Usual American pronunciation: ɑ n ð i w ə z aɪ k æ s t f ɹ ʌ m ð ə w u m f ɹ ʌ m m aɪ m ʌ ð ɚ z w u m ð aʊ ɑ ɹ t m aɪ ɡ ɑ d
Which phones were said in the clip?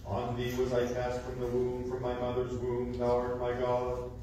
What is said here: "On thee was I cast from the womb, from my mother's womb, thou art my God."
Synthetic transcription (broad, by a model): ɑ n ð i w ə z aɪ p æ s t f ɹ ʌ m ð ə w u m f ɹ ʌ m m aɪ m ʌ ð ɚ z w u m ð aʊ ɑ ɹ m aɪ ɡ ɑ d